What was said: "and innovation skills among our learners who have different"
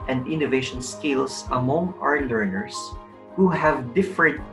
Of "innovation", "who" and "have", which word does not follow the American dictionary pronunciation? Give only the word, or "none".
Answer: none